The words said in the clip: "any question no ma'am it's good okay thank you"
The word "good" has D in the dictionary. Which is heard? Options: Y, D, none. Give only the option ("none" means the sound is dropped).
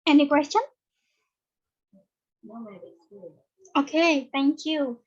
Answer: none